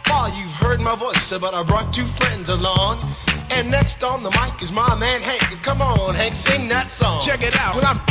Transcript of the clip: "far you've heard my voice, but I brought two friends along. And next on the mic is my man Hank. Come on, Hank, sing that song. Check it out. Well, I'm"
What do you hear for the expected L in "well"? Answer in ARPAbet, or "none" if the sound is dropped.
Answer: N